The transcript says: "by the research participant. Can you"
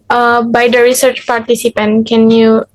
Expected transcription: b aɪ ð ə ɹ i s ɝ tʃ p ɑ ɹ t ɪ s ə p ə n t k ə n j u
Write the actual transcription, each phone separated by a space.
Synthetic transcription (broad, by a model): b aɪ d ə ɹ i s ɝ tʃ p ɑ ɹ t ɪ s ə p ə n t k ə n j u